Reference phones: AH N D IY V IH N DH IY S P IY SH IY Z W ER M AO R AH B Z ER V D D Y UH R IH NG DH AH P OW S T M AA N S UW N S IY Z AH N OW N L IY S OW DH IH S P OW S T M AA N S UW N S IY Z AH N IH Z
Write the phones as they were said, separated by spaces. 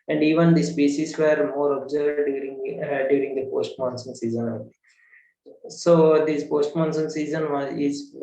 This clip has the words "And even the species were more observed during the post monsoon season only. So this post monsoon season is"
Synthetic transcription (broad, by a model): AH N D IY V IH N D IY S P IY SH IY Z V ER M AO R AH B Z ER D D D Y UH R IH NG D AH P OW S T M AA N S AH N S IY Z AH N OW L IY S OW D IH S P OW S T M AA N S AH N S IY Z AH N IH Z